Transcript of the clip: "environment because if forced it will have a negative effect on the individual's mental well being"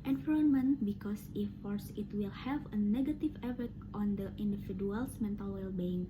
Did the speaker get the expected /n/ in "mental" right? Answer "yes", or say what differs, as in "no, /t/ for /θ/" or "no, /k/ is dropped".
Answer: yes